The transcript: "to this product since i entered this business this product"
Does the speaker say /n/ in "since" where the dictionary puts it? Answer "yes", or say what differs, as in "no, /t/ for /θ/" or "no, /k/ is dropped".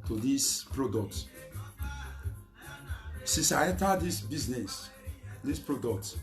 no, /n/ is dropped